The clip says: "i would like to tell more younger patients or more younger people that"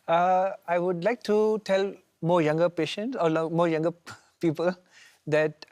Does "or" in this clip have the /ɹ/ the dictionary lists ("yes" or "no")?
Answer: no